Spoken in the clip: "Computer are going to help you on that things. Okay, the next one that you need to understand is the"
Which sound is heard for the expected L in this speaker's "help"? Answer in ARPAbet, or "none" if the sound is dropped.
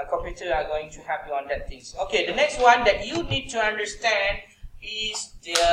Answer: none